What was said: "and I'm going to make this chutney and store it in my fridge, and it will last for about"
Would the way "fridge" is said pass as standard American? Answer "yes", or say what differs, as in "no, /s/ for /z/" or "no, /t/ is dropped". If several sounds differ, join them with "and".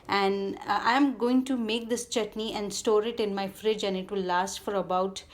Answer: yes